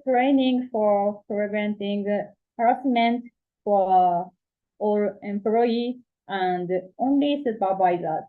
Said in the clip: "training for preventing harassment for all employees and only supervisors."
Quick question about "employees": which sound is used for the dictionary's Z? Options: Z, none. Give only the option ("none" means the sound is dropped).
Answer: none